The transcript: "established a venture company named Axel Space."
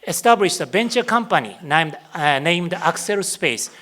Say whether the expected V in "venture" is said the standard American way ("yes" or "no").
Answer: no